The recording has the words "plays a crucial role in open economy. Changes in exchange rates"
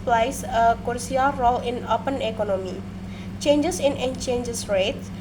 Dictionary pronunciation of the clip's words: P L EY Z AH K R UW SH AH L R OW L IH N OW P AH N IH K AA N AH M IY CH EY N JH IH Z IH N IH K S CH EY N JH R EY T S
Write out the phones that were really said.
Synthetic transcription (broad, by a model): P L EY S AH K R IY AH L R OW L IH N OW P AH N IH K AA N AH M IY CH EY N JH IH S IH N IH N CH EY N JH R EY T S